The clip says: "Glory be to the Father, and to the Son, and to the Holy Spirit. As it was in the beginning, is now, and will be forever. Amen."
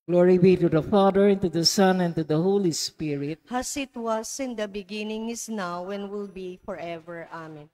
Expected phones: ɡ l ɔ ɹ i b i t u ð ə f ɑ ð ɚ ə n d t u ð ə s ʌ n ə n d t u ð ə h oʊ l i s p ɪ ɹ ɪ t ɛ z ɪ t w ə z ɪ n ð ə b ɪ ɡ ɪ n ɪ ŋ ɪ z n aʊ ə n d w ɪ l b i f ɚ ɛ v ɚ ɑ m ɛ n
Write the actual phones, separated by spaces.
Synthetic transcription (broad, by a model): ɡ l ɔ ɹ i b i t u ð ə f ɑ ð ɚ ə n t u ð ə s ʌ n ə n t u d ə h oʊ l i s p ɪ ɹ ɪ t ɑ s ɪ t w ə s ɪ n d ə b ɪ ɡ ɪ n ɪ ŋ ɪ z n aʊ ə n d w ɪ l b i f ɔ ɛ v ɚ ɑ m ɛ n